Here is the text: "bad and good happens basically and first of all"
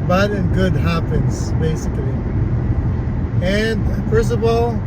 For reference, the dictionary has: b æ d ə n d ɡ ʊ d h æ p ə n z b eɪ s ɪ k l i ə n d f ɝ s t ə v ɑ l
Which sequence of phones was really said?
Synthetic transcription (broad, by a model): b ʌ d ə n ɡ ʊ d h æ p ə n z b eɪ s ɪ k l i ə n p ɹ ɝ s ə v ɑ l